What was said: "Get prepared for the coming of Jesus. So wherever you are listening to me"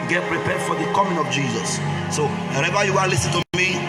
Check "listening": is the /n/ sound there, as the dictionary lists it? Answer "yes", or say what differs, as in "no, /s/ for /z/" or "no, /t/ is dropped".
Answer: no, /n/ is dropped